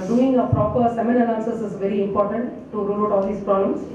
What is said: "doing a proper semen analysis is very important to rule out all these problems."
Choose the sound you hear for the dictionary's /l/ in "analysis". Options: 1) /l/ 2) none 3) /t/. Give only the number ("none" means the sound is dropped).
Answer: 2